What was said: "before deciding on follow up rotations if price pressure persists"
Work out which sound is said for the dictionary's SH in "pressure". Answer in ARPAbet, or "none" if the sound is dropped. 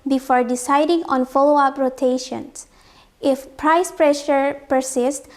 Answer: SH